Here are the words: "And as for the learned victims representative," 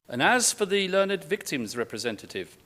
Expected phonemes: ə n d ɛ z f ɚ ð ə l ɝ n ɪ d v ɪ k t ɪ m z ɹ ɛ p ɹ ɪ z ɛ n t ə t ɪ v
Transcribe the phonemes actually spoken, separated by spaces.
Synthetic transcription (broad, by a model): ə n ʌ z f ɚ ð ə l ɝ n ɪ d v ɪ k t ɪ m z ɹ ɛ p ɹ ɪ z ɛ n t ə t ɪ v